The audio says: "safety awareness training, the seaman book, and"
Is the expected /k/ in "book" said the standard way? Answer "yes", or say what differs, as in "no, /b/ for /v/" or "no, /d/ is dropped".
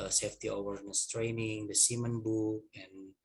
no, /k/ is dropped